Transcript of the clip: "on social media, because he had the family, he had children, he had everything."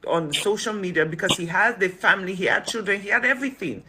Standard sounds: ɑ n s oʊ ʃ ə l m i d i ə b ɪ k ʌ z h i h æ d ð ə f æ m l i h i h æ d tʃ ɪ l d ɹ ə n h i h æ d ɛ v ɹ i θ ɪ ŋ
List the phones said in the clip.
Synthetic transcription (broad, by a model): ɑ n s oʊ ʃ ə l m i d i ə b ɪ k ʌ z h i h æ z ð ə f æ m l i h i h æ d tʃ ɪ l d ɹ ə n h i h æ d ɛ v ɹ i θ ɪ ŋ